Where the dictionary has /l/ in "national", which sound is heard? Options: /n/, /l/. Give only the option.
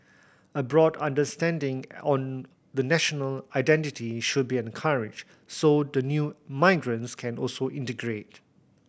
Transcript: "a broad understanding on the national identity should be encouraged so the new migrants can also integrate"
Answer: /l/